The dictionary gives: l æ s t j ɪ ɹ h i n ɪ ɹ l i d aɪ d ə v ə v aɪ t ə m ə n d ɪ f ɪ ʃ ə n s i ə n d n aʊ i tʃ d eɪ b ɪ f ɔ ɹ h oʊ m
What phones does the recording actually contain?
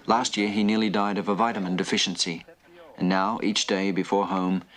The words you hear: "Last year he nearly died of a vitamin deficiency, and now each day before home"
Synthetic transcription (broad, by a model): l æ s t j ɪ ɹ i n ɪ ɹ l i d aɪ d ə v ə v aɪ t ə m ə n d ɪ f ɪ ʃ n s i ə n n aʊ i tʃ d eɪ b ɪ f ɔ ɹ h oʊ m